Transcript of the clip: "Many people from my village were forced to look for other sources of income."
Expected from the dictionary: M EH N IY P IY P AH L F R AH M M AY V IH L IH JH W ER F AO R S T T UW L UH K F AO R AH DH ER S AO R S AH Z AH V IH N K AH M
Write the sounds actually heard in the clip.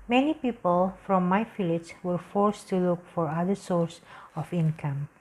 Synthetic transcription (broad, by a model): M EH N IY P IY P AH L F R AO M M AY F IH L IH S W ER F AO R S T T UW L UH K F AO R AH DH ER S AO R S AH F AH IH N K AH M